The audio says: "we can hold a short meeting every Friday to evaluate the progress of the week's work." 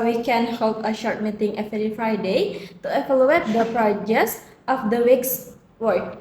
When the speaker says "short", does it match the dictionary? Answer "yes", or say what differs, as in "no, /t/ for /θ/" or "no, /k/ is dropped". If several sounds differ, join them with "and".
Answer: yes